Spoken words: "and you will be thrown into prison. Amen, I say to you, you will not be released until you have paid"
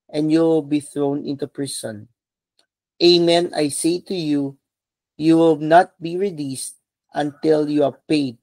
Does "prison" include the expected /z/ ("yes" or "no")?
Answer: no